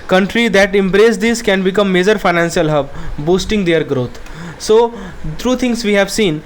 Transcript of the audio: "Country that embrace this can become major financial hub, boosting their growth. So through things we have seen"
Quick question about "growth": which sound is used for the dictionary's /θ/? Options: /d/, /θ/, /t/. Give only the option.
/t/